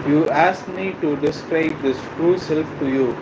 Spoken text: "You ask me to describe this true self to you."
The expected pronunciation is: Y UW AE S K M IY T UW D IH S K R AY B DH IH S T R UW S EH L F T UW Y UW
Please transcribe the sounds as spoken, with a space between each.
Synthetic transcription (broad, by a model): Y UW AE S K M IY T UW D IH S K R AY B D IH S T R UW S EH L F T UW Y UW